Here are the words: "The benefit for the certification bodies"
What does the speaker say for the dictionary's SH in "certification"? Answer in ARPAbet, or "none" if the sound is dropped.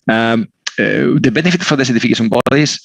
S